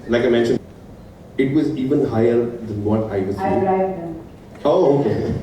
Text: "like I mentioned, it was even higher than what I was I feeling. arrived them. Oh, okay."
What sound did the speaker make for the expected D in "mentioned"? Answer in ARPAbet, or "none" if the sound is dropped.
none